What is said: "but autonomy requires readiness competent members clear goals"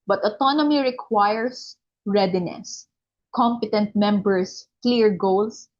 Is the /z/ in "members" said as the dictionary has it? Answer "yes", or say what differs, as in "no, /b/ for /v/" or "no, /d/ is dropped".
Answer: no, /s/ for /z/